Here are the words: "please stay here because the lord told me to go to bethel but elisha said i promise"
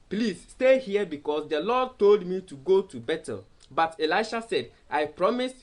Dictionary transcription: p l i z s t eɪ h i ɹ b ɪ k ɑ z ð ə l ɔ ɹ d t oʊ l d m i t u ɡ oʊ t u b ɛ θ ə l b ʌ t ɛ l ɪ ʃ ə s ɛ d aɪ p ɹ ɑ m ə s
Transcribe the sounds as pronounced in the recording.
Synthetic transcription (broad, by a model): p l i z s t eɪ h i b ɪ k ɑ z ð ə l ɔ d t oʊ l d m i t u ɡ oʊ t u b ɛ t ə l b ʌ t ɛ l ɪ ʃ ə s ɛ d aɪ p ɹ ɑ m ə s